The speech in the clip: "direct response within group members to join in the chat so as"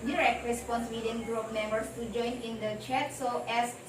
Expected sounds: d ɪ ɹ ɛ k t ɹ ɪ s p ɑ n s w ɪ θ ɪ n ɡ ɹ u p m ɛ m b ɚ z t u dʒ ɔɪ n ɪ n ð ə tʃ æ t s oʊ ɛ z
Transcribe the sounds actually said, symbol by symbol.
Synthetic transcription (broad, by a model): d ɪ ɹ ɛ k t ɹ ɪ s p ɑ n s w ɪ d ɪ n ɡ ɹ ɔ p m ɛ m b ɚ s t u dʒ ɔɪ n ɪ n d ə tʃ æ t s oʊ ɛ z